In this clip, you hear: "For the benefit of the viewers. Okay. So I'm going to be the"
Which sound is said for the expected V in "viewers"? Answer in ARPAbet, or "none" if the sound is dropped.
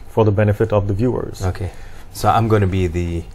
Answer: V